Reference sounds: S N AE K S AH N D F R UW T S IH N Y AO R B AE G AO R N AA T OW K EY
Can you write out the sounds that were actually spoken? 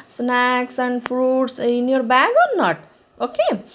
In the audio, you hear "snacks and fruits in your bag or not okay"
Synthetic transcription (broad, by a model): S N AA K S AH N D P R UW T S IH N Y AO R B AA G AO R N AA T OW K EY